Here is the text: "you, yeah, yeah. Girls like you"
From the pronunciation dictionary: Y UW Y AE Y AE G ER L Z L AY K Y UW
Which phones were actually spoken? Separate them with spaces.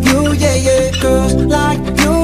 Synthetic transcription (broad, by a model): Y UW Y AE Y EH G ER Z L AY K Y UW